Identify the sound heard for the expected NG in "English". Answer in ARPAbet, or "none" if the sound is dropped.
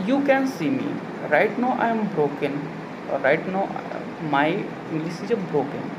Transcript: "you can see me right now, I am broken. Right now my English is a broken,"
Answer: none